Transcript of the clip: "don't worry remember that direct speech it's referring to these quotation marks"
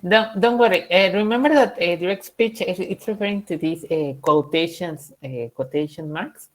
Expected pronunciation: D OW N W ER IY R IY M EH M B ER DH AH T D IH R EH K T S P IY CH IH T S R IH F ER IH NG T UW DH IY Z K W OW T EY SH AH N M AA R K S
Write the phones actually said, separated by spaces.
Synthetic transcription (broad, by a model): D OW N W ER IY R IY M EH M B ER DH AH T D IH R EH K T S P IY CH IH T S R IH F ER IH NG T UW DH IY S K W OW T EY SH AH N M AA R K S